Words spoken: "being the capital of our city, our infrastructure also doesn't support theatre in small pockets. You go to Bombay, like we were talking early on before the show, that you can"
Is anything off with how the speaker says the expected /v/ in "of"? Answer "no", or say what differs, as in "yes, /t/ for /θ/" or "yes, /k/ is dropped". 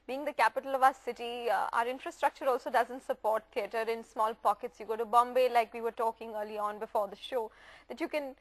no